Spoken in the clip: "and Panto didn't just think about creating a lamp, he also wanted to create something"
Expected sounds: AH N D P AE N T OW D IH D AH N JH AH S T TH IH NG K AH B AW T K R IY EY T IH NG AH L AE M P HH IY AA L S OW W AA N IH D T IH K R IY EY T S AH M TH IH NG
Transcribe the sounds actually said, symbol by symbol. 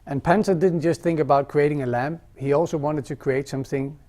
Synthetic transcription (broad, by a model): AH N P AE N S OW D IH D N JH AH S T TH IH NG K AH B AW T K R IY EY T IH NG AH L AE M HH IY AA L S OW W AA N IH D T IH K R IY EY T S AH M TH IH NG